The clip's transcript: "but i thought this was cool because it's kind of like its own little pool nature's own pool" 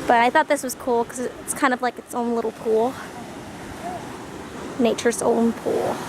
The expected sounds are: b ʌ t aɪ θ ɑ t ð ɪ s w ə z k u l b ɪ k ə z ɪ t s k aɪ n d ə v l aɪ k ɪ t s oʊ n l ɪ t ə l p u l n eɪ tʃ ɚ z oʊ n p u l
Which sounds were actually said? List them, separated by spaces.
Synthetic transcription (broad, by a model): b ʌ t aɪ θ ɑ t ð ɪ s w ə z k u l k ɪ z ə ɪ t s k aɪ n d ə v l aɪ k ɪ t s oʊ n l ɪ t l p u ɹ n eɪ tʃ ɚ s oʊ n p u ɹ